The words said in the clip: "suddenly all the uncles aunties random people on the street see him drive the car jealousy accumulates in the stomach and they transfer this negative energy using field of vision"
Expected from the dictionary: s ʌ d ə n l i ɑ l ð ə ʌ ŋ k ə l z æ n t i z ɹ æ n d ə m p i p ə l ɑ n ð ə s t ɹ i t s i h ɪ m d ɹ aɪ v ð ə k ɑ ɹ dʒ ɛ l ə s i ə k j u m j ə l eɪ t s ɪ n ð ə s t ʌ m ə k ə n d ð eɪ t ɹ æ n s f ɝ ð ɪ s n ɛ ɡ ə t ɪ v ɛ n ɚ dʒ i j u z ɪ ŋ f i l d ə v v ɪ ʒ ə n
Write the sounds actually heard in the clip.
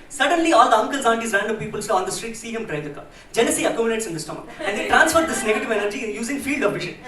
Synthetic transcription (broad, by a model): s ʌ d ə n l i ɑ l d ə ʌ ŋ k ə l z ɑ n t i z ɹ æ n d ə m p i p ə l ɑ n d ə s t ɹ i t s i h ɪ m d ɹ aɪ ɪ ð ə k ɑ dʒ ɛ n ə s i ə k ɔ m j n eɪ t s ɪ n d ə s t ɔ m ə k ə n d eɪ t ɹ æ n s f ɝ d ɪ s n ɛ ɡ ə t ɪ v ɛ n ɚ dʒ i j u z ɪ ŋ f i l d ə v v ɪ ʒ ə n